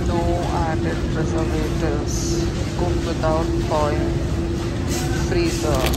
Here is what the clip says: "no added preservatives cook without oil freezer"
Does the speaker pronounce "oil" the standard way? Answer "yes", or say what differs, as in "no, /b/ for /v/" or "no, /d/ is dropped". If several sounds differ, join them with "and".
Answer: no, /n/ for /l/